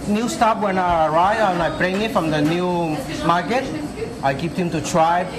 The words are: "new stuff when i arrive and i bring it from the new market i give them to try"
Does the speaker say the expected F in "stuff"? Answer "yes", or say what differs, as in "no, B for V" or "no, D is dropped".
no, P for F